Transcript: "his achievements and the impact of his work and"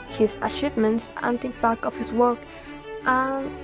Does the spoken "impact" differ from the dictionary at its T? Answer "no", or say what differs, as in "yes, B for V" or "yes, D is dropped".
yes, T is dropped